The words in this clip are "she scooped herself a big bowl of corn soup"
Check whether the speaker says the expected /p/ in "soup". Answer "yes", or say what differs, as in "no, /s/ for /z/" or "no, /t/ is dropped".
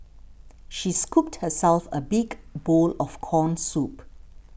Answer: yes